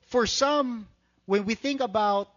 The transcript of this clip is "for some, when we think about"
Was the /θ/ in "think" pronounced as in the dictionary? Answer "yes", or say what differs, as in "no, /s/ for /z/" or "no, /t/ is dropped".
yes